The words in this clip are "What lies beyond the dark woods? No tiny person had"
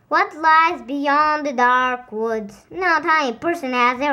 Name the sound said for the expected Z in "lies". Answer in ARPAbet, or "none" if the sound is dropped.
Z